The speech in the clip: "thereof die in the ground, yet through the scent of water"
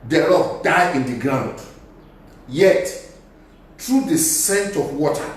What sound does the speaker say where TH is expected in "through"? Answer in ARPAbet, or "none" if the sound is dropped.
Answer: T